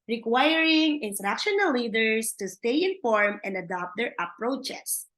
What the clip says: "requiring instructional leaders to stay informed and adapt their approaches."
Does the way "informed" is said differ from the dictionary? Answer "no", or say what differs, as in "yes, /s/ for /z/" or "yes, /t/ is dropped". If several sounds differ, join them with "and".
yes, /d/ is dropped